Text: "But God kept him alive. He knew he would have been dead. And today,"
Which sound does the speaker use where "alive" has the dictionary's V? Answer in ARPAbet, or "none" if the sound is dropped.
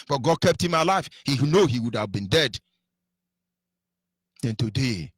F